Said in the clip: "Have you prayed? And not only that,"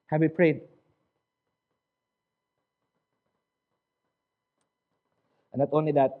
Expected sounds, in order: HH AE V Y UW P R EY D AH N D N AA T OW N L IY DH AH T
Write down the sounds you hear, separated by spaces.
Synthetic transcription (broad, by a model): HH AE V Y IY P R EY AH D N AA T OW N L IY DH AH T